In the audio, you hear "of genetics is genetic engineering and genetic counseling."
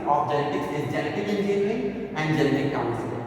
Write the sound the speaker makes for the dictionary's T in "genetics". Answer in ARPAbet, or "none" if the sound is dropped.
T